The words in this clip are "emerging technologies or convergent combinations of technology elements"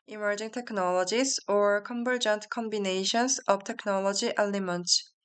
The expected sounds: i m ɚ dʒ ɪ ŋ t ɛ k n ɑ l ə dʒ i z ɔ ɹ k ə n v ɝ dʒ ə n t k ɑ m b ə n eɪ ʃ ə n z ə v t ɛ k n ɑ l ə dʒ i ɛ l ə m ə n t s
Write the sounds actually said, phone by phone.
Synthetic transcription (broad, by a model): i m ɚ dʒ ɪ ŋ t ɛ k n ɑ l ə dʒ i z ɔ ɹ k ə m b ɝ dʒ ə n t k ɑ m b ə n eɪ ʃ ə n s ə b t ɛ k n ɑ l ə dʒ i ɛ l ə m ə n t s